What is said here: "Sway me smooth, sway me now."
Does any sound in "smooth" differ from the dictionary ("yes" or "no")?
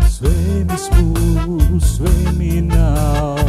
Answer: yes